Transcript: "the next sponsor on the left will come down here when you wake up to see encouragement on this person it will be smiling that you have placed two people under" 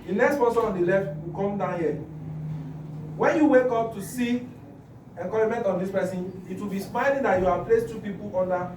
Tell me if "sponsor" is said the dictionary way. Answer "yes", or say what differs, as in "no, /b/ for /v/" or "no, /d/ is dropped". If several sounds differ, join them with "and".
no, /n/ is dropped